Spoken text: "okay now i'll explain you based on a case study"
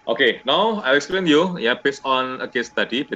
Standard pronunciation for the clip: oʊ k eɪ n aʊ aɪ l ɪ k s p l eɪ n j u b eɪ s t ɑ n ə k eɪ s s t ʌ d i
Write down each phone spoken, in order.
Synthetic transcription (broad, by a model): oʊ k eɪ n aʊ aɪ l ɪ k s p l eɪ n j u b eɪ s ɑ n ə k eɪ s s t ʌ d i